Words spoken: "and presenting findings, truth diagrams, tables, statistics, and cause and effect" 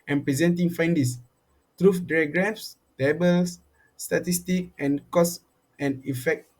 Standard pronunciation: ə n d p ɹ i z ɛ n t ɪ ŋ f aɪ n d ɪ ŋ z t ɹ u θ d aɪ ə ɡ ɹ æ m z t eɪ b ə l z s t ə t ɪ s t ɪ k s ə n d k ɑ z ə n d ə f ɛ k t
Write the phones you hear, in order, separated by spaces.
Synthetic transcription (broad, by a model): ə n p ɹ i z ɛ n t ɪ ŋ f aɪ n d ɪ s t ɹ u f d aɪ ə ɡ ɹ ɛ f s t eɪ b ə l s t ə t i s t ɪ k ə n k ɑ s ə n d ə f ɛ k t